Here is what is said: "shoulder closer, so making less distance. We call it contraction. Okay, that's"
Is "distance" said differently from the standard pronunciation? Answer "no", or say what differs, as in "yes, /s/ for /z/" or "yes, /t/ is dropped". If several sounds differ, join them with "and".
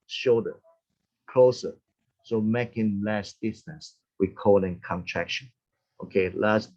yes, /n/ is dropped